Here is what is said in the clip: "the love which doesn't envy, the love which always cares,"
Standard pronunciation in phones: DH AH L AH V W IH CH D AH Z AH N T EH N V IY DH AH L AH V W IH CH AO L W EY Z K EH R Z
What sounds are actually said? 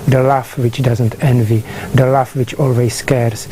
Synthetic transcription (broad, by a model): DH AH L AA F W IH CH D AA Z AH N T EH N V IY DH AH L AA F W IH CH AO L W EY S K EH R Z